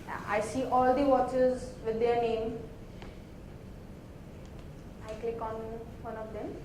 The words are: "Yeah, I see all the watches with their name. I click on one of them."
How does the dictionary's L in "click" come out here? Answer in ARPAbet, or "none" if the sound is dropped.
L